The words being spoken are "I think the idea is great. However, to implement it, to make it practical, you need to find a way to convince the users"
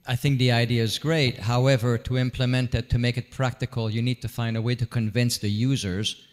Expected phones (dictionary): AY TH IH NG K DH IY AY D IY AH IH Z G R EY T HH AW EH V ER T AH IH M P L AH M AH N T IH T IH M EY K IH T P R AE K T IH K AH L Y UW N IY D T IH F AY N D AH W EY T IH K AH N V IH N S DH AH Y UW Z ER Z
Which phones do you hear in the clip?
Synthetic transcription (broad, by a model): AY TH IH NG K DH IY AY D IY AH IH Z G R EY T HH AW EH V ER T AH IH M P L AH M AH N T IH T IH M EY K IH T P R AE K T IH K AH L Y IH N IY D T IH F AY N D AH W EY T IH K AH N V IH N S DH AH Y UW Z ER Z